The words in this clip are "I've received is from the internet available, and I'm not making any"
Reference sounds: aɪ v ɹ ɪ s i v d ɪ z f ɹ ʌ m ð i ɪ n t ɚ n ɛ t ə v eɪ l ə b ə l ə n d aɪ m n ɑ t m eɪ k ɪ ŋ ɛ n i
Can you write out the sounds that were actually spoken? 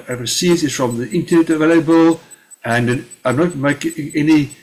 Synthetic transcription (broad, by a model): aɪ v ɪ s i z ɪ z f ɹ ʌ m ð i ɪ n t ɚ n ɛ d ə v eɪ l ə b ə l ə n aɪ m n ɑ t m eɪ ɪ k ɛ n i